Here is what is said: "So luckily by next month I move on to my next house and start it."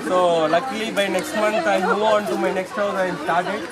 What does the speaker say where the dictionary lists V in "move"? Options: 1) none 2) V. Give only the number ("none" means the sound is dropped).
1